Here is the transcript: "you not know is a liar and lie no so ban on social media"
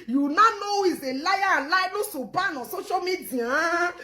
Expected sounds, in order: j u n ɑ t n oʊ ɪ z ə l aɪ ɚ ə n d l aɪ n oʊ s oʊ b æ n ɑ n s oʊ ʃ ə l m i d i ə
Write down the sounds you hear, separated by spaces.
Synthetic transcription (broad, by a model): j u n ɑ n oʊ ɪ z ə l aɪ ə l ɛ l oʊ s oʊ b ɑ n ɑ s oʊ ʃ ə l m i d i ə